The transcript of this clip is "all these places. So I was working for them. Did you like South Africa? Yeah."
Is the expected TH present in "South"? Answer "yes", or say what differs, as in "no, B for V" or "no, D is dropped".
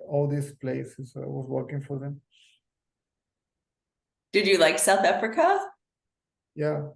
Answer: yes